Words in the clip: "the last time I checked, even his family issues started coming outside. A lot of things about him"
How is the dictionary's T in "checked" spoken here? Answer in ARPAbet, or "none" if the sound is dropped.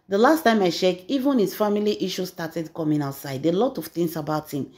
none